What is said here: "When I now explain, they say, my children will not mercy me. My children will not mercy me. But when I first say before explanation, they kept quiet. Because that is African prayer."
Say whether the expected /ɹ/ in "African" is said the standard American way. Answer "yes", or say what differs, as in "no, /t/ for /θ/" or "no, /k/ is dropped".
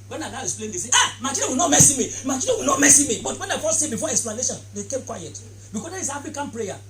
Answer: no, /ɹ/ is dropped